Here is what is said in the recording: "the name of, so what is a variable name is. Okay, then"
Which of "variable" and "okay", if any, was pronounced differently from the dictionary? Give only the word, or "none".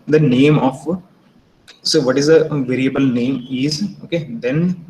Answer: none